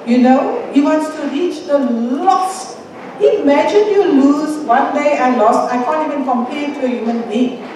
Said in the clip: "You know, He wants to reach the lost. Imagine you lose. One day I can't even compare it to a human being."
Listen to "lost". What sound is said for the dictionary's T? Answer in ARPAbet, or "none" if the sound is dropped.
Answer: none